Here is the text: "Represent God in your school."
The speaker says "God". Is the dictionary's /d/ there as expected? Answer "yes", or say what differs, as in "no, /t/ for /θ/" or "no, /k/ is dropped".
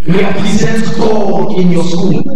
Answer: no, /d/ is dropped